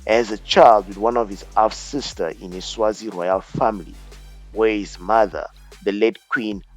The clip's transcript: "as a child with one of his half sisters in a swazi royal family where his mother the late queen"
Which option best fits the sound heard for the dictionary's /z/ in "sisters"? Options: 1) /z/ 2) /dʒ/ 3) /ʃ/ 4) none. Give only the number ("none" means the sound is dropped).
4